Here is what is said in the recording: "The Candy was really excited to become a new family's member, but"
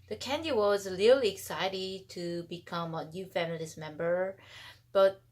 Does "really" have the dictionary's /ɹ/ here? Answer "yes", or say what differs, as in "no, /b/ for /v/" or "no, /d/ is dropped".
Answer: no, /l/ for /ɹ/